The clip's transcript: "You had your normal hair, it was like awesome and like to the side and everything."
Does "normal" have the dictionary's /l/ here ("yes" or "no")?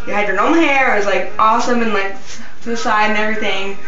no